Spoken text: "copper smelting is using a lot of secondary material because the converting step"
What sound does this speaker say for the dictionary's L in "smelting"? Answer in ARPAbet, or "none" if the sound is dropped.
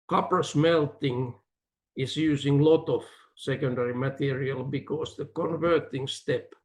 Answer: L